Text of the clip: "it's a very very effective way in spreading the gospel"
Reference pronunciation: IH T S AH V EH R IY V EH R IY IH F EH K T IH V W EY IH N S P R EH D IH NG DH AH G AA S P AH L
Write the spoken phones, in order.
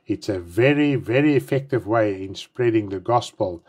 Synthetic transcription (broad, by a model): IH T S AH V EH R IY V EH R IY IH F EH K T IH V W EY IH N S P R EH D IH NG DH AH G AA S P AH L